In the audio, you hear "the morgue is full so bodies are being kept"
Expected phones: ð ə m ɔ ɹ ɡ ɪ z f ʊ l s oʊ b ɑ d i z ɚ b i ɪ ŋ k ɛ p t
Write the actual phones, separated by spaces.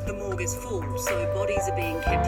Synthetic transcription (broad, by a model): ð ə m ɔ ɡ ɪ z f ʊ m s oʊ b ɑ d i z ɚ b i ɪ ŋ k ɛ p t